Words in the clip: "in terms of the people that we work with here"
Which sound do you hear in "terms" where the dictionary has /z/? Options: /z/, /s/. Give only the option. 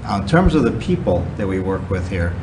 /z/